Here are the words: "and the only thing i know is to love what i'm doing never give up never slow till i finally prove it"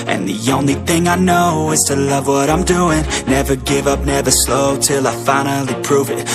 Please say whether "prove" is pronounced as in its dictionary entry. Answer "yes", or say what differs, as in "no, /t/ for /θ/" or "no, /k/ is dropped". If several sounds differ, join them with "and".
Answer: yes